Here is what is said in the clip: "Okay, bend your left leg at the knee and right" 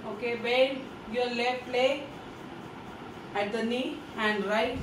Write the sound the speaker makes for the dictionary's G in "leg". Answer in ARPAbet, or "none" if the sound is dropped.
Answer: none